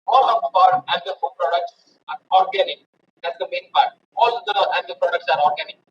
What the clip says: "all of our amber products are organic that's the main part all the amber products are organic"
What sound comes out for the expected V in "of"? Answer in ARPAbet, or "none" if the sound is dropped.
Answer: P